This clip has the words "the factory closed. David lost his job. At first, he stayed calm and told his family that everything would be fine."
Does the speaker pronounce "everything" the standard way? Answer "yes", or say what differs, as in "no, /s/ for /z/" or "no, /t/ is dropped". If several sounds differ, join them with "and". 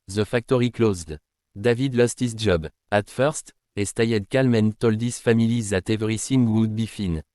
no, /s/ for /θ/